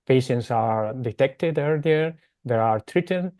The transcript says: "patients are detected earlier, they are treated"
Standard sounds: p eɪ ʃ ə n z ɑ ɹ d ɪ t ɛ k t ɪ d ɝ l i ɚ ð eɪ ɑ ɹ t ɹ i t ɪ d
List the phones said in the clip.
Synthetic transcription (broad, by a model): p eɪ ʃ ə n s ɑ ɹ d ɪ t ɛ k t ɪ d ɝ l i ɚ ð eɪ ɑ ɹ t ɹ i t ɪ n